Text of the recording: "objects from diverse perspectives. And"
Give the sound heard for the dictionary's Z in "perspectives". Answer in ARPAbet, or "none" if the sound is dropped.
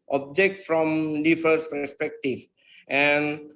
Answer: none